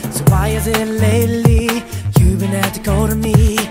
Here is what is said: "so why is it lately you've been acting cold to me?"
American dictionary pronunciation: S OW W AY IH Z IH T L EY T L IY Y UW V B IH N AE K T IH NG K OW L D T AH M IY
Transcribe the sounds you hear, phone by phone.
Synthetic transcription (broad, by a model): S OW W AY IH Z IH T L EY T L IY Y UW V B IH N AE T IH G OW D T AH M IY